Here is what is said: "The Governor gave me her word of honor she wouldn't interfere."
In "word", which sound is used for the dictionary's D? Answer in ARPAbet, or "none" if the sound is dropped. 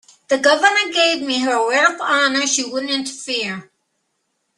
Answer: none